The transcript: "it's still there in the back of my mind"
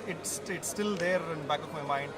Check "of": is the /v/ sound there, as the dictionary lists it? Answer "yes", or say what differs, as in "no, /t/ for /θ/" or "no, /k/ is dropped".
no, /p/ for /v/